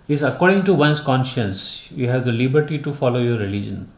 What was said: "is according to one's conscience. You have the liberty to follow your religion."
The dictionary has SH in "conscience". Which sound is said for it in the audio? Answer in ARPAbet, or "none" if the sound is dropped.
SH